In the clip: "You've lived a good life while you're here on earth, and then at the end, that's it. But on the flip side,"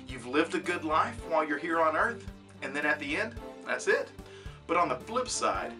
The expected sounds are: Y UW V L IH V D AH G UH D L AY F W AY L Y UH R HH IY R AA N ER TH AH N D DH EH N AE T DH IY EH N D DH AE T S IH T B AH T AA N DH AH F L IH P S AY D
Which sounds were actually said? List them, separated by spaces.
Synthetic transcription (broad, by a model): Y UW V L IH V D AH G UH D L AY F W AY L Y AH R HH IY R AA N ER TH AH N DH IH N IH T DH IY EH N D DH AE T S IH T B AH T N DH AH F L IH P S AY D